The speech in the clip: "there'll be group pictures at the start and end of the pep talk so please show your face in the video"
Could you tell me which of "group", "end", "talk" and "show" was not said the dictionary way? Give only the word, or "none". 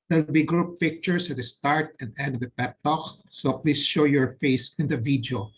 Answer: end